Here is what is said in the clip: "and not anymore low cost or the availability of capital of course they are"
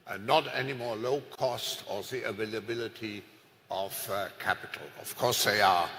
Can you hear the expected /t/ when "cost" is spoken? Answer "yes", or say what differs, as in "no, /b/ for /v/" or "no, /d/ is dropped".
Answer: yes